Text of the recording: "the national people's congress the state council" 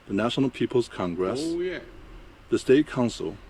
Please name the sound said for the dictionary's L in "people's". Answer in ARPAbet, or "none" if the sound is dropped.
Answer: L